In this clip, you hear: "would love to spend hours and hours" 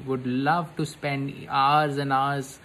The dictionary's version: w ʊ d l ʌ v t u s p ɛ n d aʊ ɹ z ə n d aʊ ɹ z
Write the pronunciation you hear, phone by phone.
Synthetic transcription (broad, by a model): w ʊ d l ʌ v t u s p ɛ n d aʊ ɹ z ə n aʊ ɹ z